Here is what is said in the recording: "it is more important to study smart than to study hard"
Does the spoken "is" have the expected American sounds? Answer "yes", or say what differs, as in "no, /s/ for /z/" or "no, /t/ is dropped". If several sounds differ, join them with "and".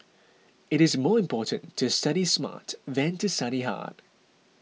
yes